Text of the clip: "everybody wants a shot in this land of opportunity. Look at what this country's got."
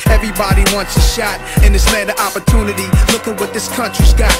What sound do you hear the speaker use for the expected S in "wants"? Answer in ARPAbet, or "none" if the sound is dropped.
S